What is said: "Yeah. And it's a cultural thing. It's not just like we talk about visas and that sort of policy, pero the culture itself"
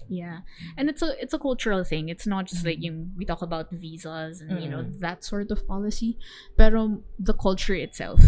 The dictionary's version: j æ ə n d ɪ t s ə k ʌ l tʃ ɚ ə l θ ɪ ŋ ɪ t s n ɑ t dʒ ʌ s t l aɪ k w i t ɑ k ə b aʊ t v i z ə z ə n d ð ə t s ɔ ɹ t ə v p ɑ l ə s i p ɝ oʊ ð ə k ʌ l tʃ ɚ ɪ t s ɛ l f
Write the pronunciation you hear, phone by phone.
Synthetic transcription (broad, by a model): j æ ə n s ɪ t s ə k ʌ l tʃ ɚ ə l θ ɪ ŋ ɪ t s n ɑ t dʒ ʌ s t l aɪ k w i t ɑ k ə b aʊ t v i z ə z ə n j ð ə t s ɔ ɹ t ə v p ɑ l ə s i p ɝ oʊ ð ə k ʌ l tʃ ɚ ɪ t s ɛ l f